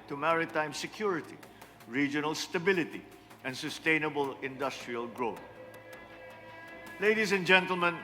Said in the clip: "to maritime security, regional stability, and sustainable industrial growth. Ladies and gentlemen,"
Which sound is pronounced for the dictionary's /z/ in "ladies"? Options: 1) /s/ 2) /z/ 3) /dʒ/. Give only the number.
1